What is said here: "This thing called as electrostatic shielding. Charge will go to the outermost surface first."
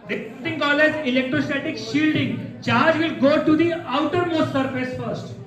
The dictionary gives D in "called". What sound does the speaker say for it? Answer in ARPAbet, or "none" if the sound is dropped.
none